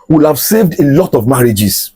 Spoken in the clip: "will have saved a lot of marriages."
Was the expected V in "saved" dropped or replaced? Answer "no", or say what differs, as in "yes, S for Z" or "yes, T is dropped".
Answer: no